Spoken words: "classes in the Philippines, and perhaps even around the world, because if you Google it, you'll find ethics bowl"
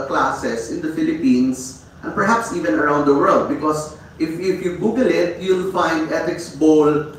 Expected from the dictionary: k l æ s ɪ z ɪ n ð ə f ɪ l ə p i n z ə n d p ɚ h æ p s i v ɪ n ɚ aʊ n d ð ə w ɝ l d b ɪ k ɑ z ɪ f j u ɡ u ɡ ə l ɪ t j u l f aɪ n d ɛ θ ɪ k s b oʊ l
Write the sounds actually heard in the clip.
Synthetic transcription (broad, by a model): k l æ s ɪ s ɪ n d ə f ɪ l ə p i n s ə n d p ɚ h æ p s i v ɪ n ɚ aʊ n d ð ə w ɝ l d b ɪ k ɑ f ɪ f j u ɡ u ɡ ə l ɪ t j u l f aɪ n d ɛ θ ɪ k s b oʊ l